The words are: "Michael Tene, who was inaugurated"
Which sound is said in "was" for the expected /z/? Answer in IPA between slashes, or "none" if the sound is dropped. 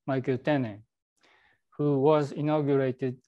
/z/